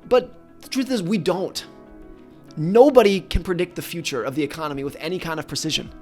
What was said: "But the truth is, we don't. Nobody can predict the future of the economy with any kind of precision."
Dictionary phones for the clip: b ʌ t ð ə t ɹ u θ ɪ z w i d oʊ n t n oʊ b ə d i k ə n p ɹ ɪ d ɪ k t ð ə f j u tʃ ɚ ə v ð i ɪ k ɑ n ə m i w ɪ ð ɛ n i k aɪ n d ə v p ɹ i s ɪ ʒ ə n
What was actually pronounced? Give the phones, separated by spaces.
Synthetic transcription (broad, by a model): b ʌ t ð ə t ɹ u θ ɪ z w i d oʊ n t n oʊ b ə d i k ə n p ɹ ɪ d ɪ k t ð ə f j u tʃ ɚ ə v ð i ɪ k ɑ n ə m i w ɪ ð ɛ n i k aɪ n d ə v p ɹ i s ɪ ʒ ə n